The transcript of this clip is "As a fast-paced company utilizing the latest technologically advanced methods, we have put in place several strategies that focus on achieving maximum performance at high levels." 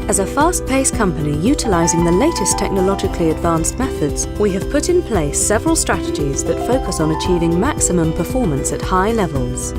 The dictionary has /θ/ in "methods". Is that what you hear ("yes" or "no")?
yes